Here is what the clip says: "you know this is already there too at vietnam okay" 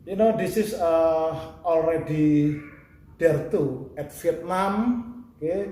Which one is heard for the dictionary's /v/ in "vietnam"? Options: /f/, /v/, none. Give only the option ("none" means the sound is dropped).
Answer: /f/